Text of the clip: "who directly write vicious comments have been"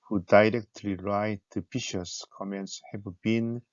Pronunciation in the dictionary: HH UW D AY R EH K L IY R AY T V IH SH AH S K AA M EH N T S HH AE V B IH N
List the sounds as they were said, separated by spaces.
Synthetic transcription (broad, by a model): HH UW D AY R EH K L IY R AY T P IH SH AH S K AA M EH N T S HH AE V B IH N